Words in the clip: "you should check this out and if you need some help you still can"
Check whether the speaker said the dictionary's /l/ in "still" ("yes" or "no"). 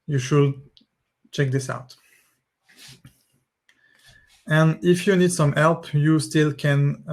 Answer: yes